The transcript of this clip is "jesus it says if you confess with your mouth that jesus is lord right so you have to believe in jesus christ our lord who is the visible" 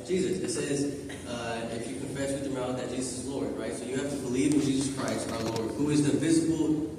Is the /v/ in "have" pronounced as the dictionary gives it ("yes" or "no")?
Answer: no